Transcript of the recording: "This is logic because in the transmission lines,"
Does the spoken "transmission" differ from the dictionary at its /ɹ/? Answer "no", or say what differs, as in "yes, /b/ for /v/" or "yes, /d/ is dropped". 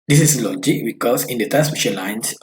yes, /ɹ/ is dropped